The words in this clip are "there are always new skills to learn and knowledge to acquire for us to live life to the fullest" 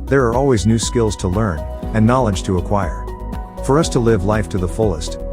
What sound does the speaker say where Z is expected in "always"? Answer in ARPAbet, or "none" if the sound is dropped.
Z